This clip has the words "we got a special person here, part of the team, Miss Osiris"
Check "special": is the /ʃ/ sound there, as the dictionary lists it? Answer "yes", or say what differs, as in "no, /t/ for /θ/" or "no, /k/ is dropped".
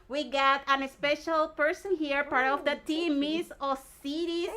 yes